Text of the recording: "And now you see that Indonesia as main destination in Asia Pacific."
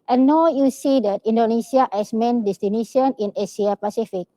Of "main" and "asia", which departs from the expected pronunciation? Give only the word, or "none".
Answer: asia